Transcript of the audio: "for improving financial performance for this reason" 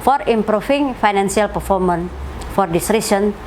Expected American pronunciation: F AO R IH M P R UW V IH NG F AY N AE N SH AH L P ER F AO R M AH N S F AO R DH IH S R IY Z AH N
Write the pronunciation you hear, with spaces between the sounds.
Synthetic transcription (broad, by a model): F AO R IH M P R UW F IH NG F AY N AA N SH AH L P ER F AO R M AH N F AO R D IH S R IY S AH N